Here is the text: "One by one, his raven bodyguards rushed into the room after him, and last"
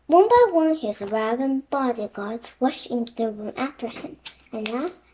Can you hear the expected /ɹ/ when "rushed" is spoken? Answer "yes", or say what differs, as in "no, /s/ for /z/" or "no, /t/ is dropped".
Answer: no, /w/ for /ɹ/